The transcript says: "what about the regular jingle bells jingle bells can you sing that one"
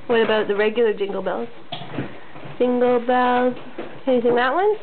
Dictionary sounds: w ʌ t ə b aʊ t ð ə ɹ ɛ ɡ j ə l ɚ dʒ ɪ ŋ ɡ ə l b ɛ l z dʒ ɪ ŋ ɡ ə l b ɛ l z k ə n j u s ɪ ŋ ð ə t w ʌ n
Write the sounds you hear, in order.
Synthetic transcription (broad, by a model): w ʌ t ə b aʊ t ð ə ɹ ɛ ɡ j l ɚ dʒ ɪ ŋ ɡ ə l b ɛ l z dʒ ɪ ŋ ɡ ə l b ɛ l z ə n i θ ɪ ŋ ð ə t w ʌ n